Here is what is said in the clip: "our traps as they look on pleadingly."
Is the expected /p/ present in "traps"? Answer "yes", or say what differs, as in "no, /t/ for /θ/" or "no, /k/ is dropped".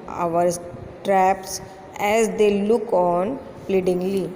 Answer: yes